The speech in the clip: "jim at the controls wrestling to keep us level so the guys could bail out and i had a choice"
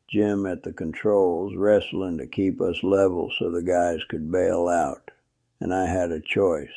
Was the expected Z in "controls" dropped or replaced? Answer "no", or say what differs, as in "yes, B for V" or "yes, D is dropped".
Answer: no